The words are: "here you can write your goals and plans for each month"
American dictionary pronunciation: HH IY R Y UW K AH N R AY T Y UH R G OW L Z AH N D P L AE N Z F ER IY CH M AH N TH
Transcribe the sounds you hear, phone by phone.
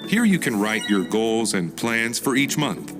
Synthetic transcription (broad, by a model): HH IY R Y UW K AH N R AY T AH R G OW L Z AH N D P L AE N Z F ER IY CH M AH N TH